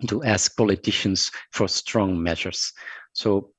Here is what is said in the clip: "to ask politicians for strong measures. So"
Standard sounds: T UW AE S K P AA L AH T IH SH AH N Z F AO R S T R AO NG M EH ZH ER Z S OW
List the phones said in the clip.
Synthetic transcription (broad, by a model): T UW AE S K P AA L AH T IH SH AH N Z F AO R S T R AO NG M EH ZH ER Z S OW